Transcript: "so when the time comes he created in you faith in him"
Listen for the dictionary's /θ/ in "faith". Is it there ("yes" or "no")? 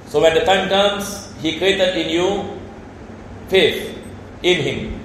no